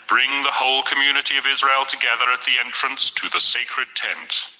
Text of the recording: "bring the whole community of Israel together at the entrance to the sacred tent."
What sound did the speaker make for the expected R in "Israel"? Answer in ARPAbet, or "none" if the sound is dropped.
R